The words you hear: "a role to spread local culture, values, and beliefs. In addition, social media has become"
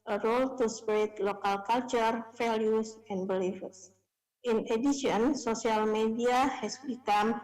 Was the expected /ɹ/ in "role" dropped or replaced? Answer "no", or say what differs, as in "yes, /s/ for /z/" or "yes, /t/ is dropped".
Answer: no